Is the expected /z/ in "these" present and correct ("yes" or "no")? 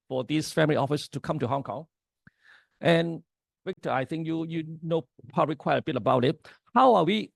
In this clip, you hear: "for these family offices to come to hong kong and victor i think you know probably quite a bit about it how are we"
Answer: no